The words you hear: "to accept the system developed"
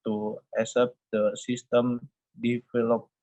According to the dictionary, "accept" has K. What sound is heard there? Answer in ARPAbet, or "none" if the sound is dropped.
none